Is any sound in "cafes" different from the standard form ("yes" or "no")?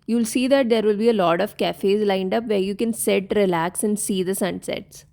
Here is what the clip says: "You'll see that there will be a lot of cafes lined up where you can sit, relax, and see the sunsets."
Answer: no